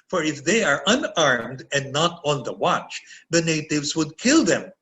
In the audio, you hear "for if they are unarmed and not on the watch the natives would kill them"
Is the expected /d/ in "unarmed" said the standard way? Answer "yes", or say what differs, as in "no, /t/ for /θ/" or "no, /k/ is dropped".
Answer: yes